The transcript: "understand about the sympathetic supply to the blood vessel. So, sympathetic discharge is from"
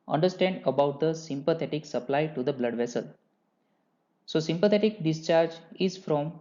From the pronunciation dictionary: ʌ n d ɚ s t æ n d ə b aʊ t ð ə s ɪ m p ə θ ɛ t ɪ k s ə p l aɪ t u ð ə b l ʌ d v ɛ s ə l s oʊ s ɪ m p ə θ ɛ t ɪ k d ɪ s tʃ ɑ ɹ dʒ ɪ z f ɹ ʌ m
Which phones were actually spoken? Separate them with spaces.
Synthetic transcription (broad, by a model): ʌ n d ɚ s t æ n d ə b aʊ t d ə s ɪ m p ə t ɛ t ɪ k s ə p l aɪ t u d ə b l ʌ d v ɛ s ə l s oʊ s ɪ m p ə t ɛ t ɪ k d ɪ s tʃ ɑ ɹ dʒ ɪ z f ɹ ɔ m